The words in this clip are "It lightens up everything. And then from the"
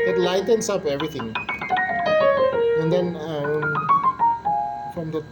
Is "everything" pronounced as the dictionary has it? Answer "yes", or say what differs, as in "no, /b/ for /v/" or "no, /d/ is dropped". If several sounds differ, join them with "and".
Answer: no, /t/ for /θ/